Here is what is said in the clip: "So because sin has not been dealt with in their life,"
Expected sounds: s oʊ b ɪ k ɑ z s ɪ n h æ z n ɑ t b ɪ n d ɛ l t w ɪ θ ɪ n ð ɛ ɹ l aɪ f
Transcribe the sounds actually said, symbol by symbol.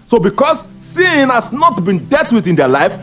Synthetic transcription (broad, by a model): s oʊ b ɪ k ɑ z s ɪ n h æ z n ɑ t b ɪ n d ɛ t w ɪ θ ɪ n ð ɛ l aɪ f